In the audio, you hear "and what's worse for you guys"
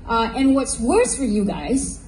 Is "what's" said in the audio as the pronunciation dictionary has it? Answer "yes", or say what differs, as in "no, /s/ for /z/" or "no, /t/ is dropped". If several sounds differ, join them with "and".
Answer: yes